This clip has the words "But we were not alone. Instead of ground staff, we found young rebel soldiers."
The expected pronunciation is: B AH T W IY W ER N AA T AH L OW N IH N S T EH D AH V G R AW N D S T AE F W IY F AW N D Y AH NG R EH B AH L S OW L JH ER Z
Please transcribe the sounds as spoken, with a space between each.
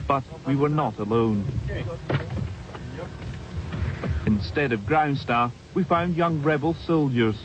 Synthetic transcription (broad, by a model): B AH T W IY W ER N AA T AH L OW N IH N S T EH D AH V G R AW N D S T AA F W IY F AW N D Y AH NG R EH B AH L S OW L JH ER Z